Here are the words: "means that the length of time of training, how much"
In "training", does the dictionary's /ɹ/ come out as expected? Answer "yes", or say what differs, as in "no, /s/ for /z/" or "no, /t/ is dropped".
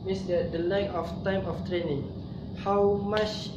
yes